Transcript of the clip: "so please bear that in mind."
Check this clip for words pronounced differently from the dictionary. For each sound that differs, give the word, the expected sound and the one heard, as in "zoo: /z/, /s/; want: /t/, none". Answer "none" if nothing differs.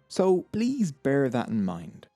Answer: none